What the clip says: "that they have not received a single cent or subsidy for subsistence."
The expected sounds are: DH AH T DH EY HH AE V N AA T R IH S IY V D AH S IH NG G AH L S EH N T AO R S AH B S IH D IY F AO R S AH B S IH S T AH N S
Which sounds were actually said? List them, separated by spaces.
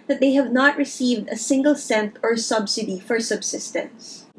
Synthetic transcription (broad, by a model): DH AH T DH EY HH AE V N AA T R IH S IY V D AH S IH NG G AH L S EH N T AO R S AH B S IH D IY F AO R S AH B S IH S T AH N S